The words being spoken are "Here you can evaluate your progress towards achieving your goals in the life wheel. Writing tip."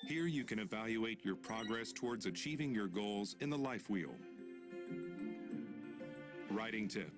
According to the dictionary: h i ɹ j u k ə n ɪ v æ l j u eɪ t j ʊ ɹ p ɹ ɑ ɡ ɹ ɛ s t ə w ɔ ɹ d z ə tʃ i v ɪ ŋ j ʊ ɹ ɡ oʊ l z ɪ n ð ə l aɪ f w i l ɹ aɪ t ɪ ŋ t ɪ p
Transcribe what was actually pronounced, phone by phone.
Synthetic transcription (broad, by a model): h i ɹ j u k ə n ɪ v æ l j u eɪ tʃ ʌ ɹ p ɹ ɑ ɡ ɹ ɛ s t ə w ɔ ɹ d z ə tʃ i v ɪ ŋ j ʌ ɹ ɡ oʊ l z ɪ n ð ə l aɪ f w i l ɹ aɪ t ɪ ŋ t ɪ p